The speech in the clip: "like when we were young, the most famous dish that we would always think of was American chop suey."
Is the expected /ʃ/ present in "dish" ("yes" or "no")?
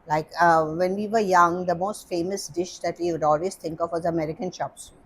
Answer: yes